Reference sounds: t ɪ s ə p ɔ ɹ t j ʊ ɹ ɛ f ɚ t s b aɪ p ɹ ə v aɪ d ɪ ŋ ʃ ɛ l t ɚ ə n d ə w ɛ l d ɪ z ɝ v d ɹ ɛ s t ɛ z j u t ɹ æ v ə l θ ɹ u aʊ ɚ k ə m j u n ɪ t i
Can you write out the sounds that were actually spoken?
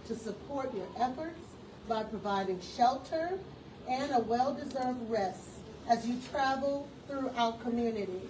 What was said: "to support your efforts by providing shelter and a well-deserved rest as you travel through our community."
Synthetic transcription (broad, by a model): t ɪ s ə p ɔ ɹ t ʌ ɹ ɛ f ɚ t s b aɪ p ɹ ə v aɪ d ɪ ŋ ʃ ɛ l t ɚ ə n ə w ɛ l d ɪ z ɝ v d ɹ ɛ s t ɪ z j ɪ t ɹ æ v l θ ɹ u aʊ ɚ k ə m j u n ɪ t i